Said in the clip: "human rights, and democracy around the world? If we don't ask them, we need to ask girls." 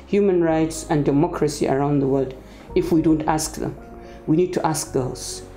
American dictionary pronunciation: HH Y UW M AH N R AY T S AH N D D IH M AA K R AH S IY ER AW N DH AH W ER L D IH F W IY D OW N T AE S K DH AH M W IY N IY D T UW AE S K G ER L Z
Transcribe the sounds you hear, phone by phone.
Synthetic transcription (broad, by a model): HH Y UW M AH N R AY T S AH N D D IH M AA K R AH S IY ER AW N DH AH W ER L D IH F W IY D OW N T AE S K DH AH M W IY N IY D T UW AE S K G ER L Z